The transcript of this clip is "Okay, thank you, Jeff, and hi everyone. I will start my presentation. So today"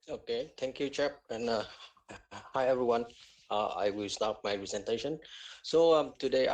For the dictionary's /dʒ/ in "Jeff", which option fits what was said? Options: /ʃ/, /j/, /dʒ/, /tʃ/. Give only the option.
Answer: /tʃ/